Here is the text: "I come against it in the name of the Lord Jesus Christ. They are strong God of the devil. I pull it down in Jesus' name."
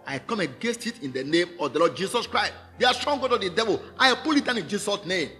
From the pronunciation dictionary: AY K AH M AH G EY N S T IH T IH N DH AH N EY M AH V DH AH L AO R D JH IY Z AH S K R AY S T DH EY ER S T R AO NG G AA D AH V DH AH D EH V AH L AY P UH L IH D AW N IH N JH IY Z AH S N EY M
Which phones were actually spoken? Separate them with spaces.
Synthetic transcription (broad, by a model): AY K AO M AH G EY N S T IH T IH N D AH N EY M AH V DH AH L AO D JH IY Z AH S K R AY S T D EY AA S T R AO NG G AA D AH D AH D EH V AH L AY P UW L IH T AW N IH N JH IY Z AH S N EY M